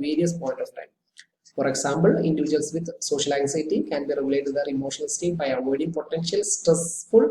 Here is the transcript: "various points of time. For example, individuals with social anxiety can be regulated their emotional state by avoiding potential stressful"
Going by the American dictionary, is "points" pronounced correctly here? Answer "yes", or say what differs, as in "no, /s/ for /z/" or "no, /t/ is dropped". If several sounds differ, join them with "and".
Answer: no, /s/ is dropped